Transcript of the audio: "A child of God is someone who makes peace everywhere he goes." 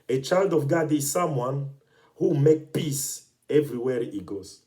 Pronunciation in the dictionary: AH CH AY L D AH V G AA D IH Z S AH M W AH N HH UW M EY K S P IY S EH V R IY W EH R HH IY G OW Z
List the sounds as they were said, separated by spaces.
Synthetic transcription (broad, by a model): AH CH AY L D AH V G AA D IH Z S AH M W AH N HH UW M EY K P IY S EH V R IY W EH R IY G OW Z